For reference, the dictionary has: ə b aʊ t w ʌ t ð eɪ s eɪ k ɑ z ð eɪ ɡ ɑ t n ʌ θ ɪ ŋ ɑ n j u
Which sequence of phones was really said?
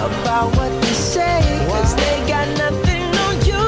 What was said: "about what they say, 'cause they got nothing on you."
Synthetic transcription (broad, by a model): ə b aʊ t w ʌ t ð eɪ s eɪ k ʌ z ð eɪ ɡ ɑ t n ʌ θ ɪ ŋ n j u